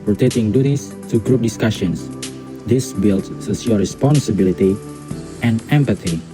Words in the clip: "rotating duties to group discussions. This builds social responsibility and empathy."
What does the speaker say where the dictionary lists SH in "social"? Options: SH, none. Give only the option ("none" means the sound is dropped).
none